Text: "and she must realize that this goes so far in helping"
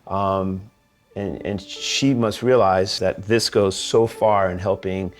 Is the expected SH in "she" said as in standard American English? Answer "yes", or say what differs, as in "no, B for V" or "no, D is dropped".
yes